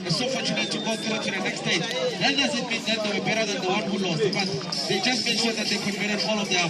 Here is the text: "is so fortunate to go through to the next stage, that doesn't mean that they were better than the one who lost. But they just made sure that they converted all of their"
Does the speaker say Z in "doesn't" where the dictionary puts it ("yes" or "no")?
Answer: no